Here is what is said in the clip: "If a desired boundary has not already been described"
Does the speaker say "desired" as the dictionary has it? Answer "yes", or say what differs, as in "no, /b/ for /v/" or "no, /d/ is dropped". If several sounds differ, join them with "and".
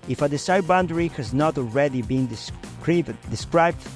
no, /s/ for /z/